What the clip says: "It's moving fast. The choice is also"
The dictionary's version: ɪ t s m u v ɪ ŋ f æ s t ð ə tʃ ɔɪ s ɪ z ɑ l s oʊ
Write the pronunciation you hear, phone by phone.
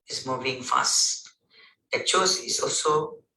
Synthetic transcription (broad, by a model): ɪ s m u v ɪ ŋ f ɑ s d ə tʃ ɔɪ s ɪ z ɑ l s oʊ